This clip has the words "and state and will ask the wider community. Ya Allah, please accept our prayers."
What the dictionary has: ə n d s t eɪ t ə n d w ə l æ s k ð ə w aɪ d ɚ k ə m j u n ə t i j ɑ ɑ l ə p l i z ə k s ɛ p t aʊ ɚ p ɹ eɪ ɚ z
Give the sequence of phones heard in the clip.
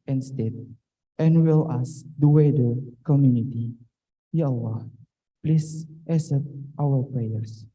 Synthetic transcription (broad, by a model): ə n s t eɪ t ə n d w ə l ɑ s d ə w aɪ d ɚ k ə m j u n ə t i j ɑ ɑ l ə p l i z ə s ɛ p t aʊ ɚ p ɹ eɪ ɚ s